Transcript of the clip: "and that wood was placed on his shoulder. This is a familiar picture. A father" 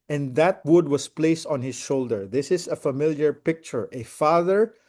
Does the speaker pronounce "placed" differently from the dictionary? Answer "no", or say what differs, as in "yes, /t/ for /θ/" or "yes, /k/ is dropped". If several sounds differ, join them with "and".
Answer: no